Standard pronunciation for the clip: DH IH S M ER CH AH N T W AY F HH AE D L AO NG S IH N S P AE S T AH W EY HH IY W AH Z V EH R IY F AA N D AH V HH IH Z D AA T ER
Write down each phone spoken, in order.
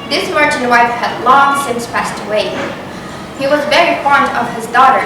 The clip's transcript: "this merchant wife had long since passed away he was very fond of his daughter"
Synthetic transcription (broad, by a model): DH IH S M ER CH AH N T W AY F HH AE D L AO NG S IH N S P AE S T AH W EY HH IY W AH Z V EH R IY F AA N D AH V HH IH Z D AA T ER